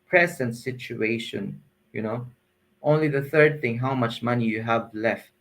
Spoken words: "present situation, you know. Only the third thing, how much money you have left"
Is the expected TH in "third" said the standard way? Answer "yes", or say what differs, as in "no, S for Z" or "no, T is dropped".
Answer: yes